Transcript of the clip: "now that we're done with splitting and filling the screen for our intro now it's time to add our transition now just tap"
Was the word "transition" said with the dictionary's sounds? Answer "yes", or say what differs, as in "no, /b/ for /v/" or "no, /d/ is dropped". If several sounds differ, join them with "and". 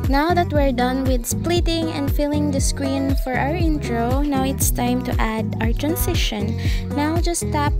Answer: no, /s/ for /z/